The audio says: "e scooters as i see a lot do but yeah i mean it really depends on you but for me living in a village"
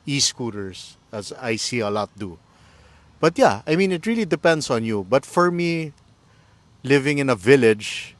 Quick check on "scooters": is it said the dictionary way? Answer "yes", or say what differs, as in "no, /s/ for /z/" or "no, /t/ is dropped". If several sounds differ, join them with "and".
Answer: no, /s/ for /z/